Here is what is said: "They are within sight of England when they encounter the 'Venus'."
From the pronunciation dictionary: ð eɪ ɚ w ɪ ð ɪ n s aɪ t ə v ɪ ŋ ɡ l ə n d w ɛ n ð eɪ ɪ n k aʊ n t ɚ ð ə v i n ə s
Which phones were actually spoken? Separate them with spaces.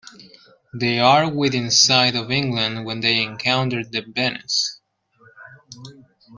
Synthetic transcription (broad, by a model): ð eɪ ɚ w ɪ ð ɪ n s aɪ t ə v ɪ ŋ ɡ l ə n d w ɛ n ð eɪ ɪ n k aʊ n t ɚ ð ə b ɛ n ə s